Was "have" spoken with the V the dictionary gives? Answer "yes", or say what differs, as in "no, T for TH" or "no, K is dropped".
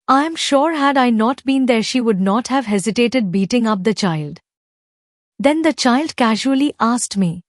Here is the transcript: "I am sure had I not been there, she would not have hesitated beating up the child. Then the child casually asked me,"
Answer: yes